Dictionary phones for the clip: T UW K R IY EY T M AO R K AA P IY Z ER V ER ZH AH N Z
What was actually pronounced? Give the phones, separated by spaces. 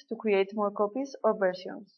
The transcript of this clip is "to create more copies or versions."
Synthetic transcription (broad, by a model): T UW K W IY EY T M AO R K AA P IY S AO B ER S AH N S